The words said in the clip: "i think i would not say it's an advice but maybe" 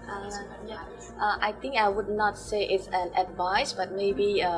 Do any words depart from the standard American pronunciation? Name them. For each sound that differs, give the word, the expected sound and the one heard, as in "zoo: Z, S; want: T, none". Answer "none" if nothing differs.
think: TH, T